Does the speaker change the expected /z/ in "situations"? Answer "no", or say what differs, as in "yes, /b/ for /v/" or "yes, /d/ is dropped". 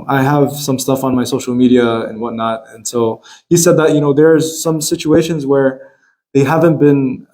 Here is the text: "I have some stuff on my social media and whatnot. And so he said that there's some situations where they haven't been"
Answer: no